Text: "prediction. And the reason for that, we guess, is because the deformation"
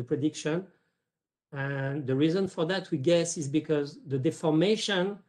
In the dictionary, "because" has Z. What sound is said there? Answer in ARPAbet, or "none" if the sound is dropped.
Z